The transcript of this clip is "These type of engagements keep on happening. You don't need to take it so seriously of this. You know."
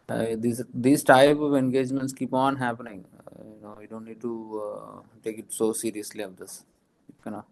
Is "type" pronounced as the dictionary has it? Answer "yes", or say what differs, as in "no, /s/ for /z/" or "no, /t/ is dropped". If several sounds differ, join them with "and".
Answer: yes